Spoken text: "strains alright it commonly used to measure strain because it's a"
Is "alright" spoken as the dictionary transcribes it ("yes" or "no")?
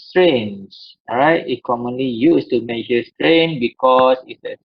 no